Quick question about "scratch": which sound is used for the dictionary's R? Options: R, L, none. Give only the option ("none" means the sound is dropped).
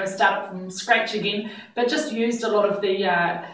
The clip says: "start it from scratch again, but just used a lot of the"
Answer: R